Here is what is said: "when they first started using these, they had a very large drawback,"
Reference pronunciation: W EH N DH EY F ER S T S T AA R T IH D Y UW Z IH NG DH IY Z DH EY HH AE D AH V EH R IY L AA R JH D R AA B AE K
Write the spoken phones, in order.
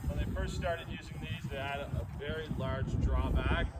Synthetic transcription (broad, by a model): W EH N DH EY F ER S T S T AA R T IH D Y UW Z IH NG DH IY Z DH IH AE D AH V EH R IY L AA R JH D R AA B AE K